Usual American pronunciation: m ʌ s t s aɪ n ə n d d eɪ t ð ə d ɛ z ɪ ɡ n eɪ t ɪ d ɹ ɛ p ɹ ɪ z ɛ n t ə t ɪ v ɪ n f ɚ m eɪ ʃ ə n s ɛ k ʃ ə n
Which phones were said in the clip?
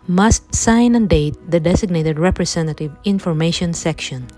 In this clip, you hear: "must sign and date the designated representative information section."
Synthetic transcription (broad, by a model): m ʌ s t s aɪ n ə n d d eɪ t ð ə d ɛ s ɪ ɡ n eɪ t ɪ d ɹ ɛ p ɹ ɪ s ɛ n t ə t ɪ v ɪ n f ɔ m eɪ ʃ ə n s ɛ k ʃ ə n